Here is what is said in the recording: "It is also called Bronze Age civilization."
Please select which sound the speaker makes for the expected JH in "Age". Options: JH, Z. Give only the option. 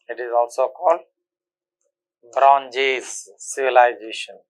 Z